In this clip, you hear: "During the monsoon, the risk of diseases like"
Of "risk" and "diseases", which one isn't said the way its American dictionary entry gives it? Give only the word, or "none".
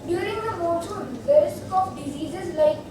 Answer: risk